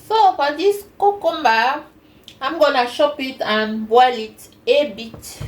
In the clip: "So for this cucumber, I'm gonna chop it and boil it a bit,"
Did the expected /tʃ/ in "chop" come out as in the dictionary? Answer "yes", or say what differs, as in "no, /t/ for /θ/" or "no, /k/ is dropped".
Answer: no, /ʃ/ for /tʃ/